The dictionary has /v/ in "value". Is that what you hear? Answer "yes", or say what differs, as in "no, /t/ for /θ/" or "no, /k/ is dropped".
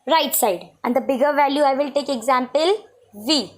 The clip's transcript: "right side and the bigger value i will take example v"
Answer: yes